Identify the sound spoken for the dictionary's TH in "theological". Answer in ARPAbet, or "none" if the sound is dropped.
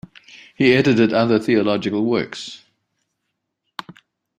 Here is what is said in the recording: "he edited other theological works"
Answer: TH